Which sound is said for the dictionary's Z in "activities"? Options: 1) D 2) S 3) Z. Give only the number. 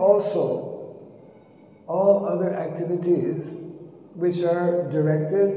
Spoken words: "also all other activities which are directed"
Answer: 3